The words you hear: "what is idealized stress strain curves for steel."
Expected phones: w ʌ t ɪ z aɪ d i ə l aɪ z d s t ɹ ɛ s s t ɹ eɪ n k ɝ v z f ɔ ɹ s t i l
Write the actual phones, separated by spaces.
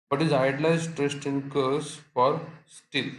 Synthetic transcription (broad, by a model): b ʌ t ɪ z aɪ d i l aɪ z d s t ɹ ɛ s s t ɪ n k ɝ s f ɔ ɹ s t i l